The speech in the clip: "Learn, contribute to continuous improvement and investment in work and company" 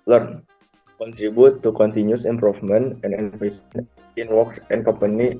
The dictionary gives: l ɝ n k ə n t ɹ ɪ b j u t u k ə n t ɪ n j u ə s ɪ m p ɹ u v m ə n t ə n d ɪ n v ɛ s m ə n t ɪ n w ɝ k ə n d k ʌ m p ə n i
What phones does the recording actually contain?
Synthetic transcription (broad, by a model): l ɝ n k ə n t ɹ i b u t u k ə n t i n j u s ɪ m p ɹ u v m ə n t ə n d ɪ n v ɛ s ə n ɪ n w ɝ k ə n k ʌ m p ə n i